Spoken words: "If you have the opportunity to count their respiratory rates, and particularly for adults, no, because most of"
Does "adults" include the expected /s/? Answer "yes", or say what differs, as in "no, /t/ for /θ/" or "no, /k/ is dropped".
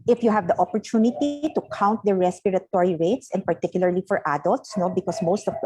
yes